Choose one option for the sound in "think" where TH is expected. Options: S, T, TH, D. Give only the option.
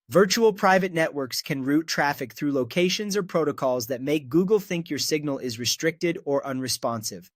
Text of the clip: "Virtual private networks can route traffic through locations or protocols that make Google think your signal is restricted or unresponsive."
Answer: TH